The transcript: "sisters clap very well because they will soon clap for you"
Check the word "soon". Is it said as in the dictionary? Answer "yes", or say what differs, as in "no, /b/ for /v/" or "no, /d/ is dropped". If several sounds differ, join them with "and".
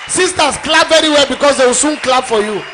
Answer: yes